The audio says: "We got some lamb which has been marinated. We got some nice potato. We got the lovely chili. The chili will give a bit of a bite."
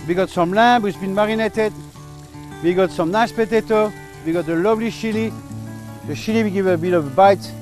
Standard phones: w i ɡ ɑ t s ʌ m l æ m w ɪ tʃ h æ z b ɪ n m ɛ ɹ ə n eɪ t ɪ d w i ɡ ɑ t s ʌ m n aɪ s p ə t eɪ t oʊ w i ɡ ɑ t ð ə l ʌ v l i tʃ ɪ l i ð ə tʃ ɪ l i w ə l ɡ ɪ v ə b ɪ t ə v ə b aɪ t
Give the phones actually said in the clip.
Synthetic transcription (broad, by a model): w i ɡ ɑ t s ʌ m l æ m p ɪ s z b ɪ n m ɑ ɹ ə n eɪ t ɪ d w i ɡ ɑ t s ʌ m n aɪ ʃ p ə t eɪ t oʊ w i ɡ ɑ t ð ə l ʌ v l i ʃ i l i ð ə ʃ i l i w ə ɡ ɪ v ə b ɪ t ə v b aɪ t